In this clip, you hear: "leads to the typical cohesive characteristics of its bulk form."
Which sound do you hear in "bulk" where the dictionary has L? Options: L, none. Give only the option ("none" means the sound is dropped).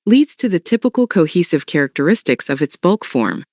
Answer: L